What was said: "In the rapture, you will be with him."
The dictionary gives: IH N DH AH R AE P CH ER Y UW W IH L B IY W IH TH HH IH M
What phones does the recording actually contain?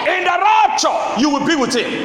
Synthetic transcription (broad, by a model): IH N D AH R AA CH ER Y UW W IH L B IY W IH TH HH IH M